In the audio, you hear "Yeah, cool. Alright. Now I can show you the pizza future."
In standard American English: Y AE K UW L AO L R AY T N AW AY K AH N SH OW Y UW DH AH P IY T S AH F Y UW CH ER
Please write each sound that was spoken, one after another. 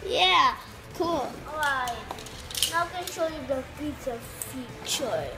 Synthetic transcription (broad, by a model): Y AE K UW L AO R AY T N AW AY K AH N SH OW Y UW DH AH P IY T AH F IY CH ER